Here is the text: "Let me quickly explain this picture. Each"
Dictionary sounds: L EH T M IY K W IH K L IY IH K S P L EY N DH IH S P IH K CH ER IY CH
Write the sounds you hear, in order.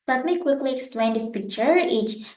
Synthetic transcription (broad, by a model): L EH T M IY K W IH K L IY IH K S P L EY N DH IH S P IH K CH ER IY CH